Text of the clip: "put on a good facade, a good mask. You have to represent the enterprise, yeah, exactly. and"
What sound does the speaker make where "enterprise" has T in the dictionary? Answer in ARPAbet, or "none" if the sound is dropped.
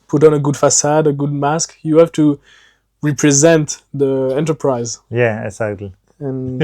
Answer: T